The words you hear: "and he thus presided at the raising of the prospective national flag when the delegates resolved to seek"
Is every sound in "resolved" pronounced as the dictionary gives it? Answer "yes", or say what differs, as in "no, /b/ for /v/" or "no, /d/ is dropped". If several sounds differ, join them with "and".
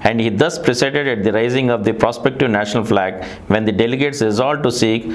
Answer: no, /v/ is dropped